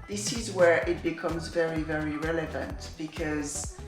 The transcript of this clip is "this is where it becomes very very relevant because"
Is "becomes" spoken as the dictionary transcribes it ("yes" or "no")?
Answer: yes